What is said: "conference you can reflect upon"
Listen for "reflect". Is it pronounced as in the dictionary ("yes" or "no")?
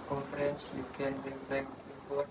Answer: no